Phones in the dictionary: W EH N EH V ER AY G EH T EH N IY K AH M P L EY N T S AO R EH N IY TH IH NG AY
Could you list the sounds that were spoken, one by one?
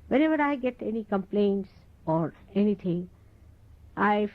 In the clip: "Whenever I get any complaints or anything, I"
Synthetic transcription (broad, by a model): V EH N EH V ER AY G EH T EH N IY K AH M P L EY N T S AO R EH N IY T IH NG AY